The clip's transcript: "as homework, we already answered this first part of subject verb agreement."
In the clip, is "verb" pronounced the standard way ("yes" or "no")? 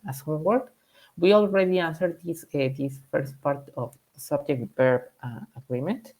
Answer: no